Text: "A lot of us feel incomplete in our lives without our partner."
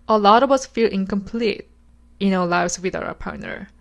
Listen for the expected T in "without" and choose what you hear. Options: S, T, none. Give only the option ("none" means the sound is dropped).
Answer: none